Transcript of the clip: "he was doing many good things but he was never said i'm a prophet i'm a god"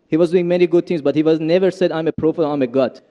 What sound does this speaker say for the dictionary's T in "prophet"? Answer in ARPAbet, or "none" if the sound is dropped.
none